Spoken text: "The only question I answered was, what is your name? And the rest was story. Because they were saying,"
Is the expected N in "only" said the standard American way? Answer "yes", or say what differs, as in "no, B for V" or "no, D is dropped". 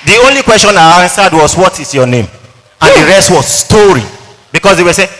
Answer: yes